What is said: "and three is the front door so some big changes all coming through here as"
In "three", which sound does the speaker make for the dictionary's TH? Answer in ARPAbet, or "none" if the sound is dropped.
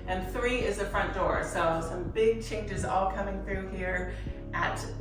TH